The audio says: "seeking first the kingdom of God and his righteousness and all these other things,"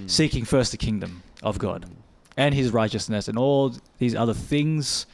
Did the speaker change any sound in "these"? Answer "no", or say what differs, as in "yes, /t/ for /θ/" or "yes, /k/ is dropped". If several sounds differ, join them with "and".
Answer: no